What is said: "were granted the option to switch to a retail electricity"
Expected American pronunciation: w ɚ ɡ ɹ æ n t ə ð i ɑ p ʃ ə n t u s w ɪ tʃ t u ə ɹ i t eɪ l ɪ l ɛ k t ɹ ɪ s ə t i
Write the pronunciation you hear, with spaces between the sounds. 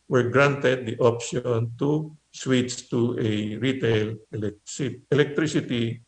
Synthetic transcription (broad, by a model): w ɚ ɡ ɹ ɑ n t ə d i ɑ p ʃ ə n t u s w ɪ s t u ə ɹ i t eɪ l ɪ l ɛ k t ɹ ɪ s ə t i